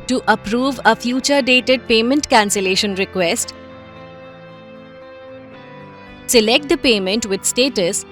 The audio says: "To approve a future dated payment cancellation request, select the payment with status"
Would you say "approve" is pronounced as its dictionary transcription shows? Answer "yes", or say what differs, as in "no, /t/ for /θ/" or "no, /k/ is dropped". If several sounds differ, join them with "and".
yes